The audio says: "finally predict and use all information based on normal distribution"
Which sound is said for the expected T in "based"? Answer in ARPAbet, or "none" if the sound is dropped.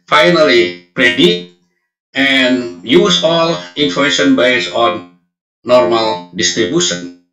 none